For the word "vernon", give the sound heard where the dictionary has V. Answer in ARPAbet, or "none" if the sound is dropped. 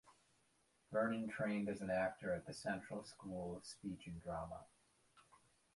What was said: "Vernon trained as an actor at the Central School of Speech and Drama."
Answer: B